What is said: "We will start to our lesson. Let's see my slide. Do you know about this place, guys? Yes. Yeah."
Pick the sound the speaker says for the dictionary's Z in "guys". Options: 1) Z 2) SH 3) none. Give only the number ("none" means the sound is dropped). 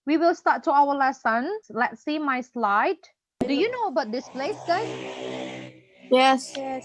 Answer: 3